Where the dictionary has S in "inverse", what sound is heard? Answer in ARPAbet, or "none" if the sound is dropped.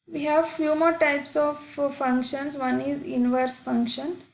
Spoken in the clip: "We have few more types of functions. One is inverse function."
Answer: S